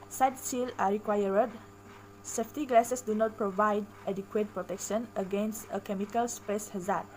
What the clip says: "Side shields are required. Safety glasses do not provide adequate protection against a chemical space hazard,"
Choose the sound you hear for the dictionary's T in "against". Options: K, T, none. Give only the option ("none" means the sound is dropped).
T